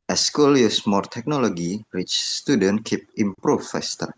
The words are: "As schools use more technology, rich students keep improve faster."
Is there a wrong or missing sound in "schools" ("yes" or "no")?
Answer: yes